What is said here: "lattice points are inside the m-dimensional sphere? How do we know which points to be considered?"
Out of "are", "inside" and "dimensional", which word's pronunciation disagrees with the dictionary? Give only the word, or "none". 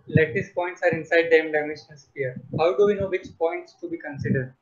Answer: dimensional